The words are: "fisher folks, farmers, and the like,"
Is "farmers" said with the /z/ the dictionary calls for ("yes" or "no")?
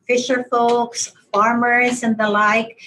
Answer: yes